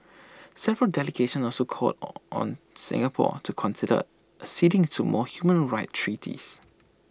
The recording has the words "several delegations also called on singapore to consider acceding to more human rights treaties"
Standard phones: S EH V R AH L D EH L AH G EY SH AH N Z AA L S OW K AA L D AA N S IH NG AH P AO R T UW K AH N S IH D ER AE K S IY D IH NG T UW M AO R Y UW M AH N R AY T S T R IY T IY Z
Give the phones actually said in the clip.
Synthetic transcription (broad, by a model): S EH V R AH L D EH L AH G EY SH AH N AA L S OW K AA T AA N S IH NG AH P AO T UW K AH N S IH D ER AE S IY D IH NG T UW M AO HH Y UW M AH N R AY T T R IY T IY S